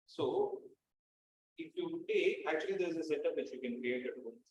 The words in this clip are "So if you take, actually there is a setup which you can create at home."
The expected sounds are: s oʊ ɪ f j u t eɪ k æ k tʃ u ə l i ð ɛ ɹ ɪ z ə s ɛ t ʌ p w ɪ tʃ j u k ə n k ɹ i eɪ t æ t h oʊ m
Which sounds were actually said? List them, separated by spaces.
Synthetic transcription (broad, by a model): s oʊ ɪ f j u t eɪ æ k tʃ u ə l i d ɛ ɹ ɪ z ə s ɛ t ʌ p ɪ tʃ j u k ə n k ɹ i eɪ t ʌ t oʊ